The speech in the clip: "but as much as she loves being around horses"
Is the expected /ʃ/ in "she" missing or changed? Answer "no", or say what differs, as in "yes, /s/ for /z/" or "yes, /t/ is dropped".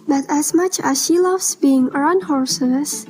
no